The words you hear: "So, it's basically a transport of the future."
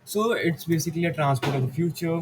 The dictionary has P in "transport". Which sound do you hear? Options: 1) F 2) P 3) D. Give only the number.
2